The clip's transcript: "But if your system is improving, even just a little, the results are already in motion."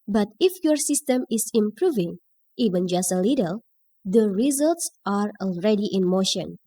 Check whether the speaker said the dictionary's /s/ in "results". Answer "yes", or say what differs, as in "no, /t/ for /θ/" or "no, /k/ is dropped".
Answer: yes